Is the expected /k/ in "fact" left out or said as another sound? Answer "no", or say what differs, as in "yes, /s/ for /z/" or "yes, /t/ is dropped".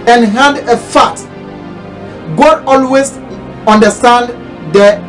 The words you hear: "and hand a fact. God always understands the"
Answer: yes, /k/ is dropped